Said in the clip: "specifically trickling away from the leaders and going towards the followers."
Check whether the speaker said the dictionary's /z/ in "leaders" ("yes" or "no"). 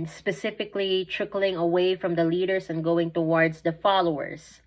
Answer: no